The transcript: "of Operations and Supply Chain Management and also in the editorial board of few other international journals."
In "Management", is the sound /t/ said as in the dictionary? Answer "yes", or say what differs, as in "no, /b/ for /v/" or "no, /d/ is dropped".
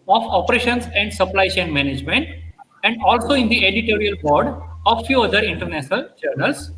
yes